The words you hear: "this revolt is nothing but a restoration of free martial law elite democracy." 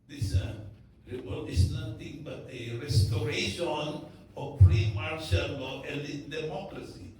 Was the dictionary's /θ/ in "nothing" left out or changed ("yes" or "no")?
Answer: yes